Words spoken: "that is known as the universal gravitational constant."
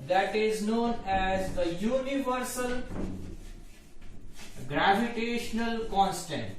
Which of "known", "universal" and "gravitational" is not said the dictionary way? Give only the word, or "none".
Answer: none